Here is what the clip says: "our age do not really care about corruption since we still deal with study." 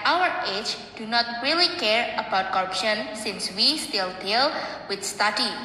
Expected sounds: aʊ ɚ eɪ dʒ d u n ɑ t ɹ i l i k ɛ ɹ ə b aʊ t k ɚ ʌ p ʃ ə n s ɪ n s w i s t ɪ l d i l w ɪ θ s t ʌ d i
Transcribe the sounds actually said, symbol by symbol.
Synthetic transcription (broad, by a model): aʊ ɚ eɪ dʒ d u n ɑ t ɹ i l i k ɛ ɹ ə b aʊ t k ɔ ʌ p ʃ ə n s ɪ n s w i s t ɪ l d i l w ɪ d s t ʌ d i